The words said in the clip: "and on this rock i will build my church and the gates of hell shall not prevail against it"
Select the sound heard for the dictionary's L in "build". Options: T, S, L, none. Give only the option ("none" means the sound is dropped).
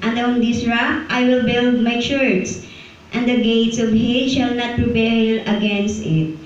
L